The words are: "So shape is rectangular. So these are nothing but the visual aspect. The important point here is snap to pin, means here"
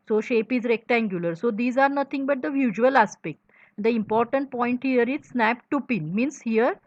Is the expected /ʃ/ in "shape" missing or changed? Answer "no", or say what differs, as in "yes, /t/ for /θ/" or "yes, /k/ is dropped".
no